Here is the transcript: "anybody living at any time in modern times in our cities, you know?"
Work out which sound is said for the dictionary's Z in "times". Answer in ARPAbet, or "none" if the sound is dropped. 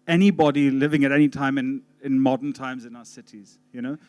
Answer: Z